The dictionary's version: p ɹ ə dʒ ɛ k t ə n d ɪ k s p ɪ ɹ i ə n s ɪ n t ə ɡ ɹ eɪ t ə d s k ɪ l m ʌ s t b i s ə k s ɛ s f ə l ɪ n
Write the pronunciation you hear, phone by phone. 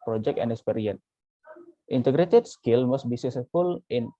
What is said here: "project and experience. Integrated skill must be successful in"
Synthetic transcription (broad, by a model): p ɹ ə dʒ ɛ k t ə n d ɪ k s p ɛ ɹ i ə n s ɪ n t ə ɡ ɹ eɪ t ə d s k ɪ l m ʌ s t b i s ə s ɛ f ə l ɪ n